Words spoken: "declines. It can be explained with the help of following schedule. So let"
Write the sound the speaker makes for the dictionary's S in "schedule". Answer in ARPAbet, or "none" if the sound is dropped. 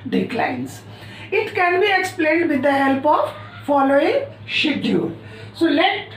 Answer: SH